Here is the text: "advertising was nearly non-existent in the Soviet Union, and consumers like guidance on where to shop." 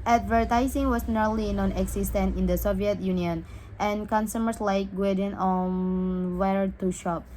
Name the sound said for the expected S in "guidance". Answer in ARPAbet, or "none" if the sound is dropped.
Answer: none